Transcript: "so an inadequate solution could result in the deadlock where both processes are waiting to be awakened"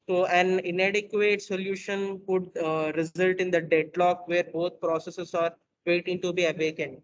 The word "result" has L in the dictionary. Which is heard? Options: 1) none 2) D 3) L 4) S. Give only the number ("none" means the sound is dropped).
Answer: 3